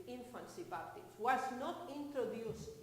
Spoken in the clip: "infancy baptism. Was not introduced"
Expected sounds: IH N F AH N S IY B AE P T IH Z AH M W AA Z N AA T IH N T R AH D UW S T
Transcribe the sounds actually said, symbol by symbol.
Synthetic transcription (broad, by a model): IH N F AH N S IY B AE T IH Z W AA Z N AA T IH N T R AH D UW S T